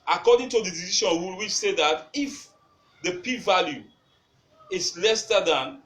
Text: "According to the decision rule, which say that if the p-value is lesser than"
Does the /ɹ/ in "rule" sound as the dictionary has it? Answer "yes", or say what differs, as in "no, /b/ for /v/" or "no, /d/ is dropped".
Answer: no, /w/ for /ɹ/